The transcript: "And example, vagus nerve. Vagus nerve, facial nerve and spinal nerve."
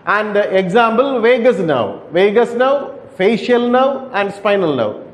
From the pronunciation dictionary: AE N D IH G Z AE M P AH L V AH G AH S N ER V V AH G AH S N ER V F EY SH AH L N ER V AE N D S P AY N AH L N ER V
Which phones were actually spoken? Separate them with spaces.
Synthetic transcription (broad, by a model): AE N D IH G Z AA M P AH L V AH G AH S N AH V V AH G AH S N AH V F EY SH AH L N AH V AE N D S P AY N AH L N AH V